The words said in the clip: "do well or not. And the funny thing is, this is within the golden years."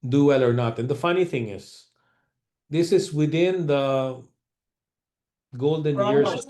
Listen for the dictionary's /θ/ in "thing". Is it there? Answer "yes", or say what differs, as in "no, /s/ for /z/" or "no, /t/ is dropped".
yes